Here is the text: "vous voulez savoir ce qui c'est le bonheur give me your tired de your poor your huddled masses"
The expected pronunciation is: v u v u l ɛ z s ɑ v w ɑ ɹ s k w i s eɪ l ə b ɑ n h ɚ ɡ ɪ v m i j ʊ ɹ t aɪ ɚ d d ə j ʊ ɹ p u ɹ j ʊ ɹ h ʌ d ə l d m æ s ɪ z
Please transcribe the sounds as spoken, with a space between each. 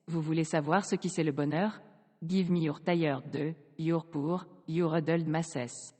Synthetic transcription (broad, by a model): v u v u l ɛ s ɑ v w ɑ ɹ s k i s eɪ l ə b ɑ n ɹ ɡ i v m i j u ɹ t aɪ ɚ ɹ d ə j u ɹ p u ɹ j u ɹ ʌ d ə l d m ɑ s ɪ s